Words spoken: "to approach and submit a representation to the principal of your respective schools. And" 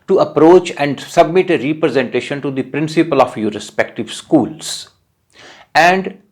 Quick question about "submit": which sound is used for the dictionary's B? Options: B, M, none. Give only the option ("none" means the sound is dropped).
B